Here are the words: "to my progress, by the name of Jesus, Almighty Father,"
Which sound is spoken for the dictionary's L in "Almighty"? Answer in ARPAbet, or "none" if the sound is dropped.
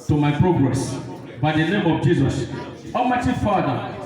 none